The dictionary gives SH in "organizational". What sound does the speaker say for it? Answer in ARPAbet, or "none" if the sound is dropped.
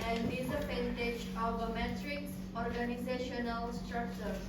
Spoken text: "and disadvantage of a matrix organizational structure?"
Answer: SH